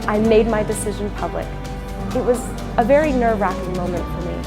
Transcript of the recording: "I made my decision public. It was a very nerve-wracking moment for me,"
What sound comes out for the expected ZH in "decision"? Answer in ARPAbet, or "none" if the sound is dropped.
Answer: ZH